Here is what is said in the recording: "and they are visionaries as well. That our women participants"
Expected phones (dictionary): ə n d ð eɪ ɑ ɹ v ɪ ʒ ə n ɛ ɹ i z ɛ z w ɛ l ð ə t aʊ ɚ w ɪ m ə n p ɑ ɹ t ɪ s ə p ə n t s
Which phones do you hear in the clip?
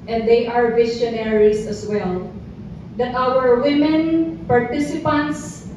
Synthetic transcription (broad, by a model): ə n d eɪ ɑ ɹ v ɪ s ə n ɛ ɹ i s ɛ s w ɛ l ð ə t aʊ ɚ w ɪ m ə n p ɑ ɹ t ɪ s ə p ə n t s